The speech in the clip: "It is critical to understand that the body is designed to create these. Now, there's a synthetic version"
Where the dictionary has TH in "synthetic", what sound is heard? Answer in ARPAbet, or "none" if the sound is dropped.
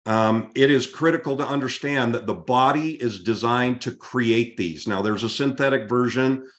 TH